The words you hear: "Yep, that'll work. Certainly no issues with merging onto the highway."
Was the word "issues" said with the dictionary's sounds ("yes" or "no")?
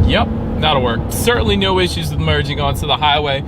yes